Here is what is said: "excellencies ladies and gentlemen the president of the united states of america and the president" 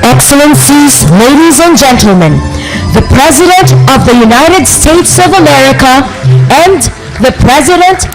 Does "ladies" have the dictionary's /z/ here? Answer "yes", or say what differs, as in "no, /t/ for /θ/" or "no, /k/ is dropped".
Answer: yes